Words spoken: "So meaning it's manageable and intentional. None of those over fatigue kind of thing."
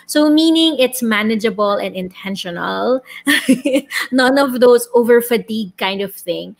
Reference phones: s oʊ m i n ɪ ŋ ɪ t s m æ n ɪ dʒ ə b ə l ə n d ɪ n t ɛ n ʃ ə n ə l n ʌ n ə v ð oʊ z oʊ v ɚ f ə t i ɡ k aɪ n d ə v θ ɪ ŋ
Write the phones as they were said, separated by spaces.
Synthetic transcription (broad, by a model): s oʊ m i n ɪ ŋ ɪ t s m æ n ɪ dʒ ə b ə l ə n d ɪ n t ɛ n ʃ ə n ə l n ʌ n ə v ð oʊ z oʊ v ɚ f ə t i ɡ k aɪ n d ə v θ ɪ ŋ